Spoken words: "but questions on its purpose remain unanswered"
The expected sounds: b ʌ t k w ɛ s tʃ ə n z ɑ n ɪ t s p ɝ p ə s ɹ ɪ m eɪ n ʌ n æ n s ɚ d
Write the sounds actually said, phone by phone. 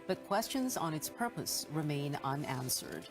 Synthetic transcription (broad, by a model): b ʌ t k w ɛ s tʃ ə n z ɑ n ɪ t s p ɝ p ə s ɹ ɪ m eɪ n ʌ n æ n s ɚ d